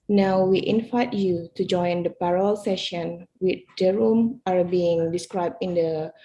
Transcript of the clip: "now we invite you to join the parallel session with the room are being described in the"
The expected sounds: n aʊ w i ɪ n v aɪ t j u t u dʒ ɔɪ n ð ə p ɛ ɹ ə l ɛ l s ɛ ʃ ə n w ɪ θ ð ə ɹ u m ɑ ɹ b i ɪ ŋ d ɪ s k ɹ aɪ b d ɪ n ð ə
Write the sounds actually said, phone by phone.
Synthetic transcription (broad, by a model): n aʊ w i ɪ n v aɪ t j u t u dʒ ɔɪ n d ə p ɛ ɹ ə l ɛ l s ɛ ʃ ə n w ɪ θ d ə ɹ u m ɑ ɹ b i ɪ ŋ d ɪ s k ɹ aɪ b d ɪ n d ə